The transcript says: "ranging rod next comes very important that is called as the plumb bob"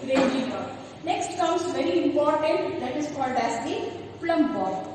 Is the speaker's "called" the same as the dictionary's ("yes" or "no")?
yes